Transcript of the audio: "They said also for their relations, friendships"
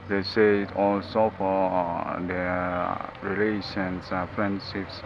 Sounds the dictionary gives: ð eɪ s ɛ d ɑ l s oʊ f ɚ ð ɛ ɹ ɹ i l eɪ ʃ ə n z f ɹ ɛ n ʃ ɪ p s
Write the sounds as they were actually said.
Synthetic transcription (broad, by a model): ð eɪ s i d ɑ l s oʊ f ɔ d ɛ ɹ ɹ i l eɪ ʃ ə n s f ɹ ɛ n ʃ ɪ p s